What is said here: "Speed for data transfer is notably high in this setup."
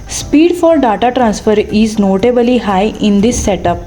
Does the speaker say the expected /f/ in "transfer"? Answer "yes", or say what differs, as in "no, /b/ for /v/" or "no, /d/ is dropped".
yes